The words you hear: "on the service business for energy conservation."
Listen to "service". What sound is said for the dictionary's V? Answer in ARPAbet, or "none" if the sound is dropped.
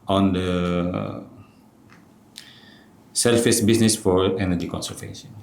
F